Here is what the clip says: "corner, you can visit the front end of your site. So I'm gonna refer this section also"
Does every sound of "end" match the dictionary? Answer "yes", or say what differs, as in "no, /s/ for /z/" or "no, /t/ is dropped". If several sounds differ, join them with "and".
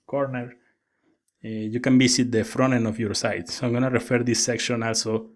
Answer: no, /d/ is dropped